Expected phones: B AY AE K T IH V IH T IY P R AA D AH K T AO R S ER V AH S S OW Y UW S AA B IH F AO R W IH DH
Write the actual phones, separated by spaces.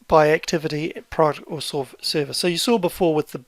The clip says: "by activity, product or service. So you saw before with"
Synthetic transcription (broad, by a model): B AY AE K T IH V IH T IY P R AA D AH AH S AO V S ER V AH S S OW Y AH S AA B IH F AO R W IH DH